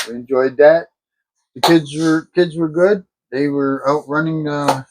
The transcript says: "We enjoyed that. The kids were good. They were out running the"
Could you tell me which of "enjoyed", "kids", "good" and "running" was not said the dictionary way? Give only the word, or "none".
none